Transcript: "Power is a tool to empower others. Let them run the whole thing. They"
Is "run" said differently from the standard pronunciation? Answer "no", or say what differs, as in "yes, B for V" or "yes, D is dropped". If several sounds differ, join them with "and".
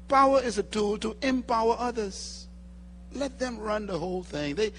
no